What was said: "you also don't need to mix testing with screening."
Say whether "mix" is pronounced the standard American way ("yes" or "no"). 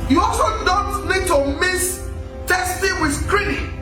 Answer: no